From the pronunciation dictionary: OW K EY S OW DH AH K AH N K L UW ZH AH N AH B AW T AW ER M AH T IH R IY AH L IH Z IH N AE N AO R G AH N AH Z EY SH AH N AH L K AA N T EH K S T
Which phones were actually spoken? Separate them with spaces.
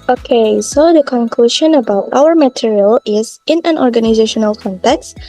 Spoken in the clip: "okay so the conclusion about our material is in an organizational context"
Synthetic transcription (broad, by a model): OW K EY S OW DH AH K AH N K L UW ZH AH N AH B AW T AW ER M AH T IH R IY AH L IH Z IH N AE N AO R G AH N AH Z EY SH AH N AH L K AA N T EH K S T